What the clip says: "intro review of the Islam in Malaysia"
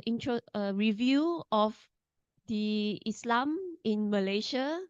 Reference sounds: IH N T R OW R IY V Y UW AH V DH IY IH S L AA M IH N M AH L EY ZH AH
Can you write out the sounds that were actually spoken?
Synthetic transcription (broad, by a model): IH N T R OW R IY V Y UW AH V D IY IH S L AA M IH N M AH L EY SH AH